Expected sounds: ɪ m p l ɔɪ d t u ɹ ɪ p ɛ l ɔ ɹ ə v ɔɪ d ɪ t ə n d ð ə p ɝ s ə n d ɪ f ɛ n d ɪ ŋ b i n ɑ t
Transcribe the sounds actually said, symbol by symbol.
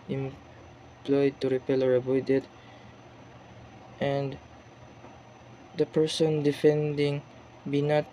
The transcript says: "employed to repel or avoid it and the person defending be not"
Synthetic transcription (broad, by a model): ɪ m p l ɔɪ d t u ɹ ɪ p ɛ l ɔ ɹ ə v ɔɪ d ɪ t ə n d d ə p ɝ s ə n d ɪ f ɛ n d ɪ ŋ b i n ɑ t